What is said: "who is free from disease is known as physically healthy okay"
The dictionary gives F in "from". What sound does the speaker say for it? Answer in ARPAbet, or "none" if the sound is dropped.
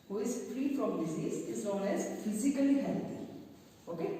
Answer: P